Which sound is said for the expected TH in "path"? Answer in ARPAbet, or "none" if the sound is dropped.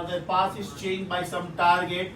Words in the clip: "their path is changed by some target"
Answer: S